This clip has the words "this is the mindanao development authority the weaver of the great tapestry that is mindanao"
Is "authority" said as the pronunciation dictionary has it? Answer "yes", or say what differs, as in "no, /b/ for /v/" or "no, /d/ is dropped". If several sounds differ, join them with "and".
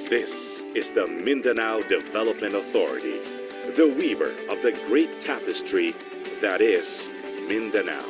yes